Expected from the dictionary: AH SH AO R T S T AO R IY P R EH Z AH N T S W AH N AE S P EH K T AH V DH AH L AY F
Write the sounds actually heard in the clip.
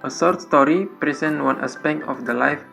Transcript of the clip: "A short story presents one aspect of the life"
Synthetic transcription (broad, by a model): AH S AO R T S T AO R IY P R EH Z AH N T W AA N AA S P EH K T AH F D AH L AY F